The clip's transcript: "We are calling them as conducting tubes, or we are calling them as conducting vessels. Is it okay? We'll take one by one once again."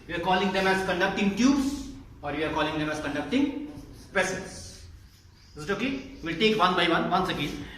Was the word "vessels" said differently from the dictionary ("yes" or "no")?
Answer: yes